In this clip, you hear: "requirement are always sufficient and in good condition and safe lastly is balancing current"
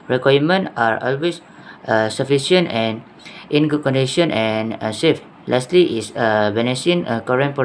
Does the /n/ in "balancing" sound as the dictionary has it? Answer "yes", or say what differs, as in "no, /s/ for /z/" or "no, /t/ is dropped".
no, /n/ is dropped